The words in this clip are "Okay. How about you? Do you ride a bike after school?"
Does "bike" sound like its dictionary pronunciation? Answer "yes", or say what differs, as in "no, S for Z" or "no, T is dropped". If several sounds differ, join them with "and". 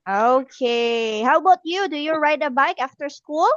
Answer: yes